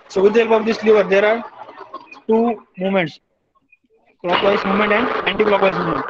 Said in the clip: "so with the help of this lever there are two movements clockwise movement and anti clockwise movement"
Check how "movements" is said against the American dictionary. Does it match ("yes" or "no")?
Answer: no